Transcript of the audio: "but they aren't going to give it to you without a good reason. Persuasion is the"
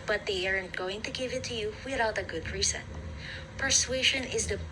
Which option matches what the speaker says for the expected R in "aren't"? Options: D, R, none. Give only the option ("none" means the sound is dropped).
R